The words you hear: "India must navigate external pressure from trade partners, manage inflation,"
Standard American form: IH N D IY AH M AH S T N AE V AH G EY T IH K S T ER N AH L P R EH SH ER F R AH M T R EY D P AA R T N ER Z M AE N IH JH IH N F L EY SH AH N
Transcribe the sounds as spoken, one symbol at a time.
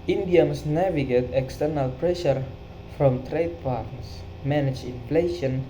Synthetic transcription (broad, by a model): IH N D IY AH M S N AE V AH G EY T IH K S T ER N AH L P R EH SH ER F R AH M T R EY D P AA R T N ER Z M AE N IH JH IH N F L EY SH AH N